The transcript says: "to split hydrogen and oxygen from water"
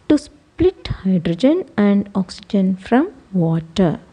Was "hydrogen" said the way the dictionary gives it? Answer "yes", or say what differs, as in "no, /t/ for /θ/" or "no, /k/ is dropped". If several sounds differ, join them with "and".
yes